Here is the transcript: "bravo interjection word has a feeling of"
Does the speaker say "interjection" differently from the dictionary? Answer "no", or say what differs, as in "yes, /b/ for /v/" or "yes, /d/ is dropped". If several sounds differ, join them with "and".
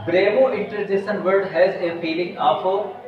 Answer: yes, /k/ is dropped